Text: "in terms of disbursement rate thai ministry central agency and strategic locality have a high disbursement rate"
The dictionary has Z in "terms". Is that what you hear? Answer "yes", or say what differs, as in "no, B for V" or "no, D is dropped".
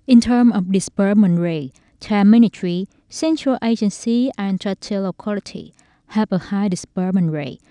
no, Z is dropped